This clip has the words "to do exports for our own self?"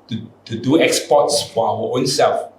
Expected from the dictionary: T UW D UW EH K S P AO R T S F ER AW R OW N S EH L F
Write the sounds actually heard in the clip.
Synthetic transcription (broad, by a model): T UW D UW EH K S P AO T S F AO AW W OW N S EH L F